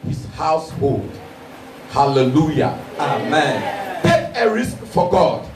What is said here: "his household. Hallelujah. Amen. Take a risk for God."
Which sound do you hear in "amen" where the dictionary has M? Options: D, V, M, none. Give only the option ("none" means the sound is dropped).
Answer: M